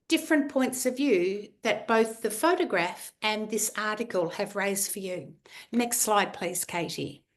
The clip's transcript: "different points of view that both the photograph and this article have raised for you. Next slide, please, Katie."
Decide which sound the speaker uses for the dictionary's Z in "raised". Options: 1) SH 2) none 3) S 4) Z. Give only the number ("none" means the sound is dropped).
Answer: 4